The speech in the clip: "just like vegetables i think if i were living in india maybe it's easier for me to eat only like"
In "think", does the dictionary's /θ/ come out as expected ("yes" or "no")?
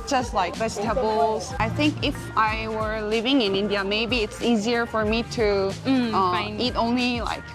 yes